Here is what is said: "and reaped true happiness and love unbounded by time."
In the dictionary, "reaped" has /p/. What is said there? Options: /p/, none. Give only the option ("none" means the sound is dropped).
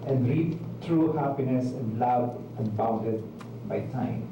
none